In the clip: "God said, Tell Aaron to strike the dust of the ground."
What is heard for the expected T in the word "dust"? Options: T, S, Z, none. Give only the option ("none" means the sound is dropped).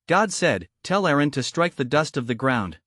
T